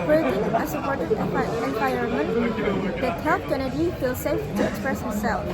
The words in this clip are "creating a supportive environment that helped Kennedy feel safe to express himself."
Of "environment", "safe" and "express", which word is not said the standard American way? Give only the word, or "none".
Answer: environment